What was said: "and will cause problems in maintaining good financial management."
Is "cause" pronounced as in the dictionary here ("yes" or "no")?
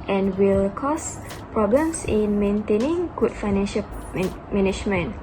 no